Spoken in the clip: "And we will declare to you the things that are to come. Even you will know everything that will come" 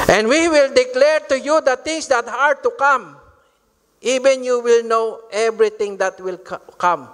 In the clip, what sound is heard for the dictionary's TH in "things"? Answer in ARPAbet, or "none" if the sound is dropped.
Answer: T